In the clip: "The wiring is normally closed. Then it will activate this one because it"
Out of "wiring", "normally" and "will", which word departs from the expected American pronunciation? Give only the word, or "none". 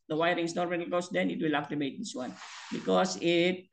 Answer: normally